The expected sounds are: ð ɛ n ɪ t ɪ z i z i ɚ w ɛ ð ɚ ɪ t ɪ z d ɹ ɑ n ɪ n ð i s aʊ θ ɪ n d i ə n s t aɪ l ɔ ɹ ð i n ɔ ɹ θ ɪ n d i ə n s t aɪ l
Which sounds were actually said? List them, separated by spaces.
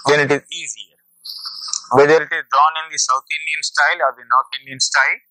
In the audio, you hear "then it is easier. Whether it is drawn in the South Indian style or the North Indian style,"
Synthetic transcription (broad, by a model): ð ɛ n ɪ t ɪ z i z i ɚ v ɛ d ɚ ɪ t ɪ z d ɹ ɑ n ɪ n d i s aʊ t ɪ n d i ə n s t aɪ l ɔ ɹ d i n ɔ ɹ t ɪ n d i ə n s t aɪ l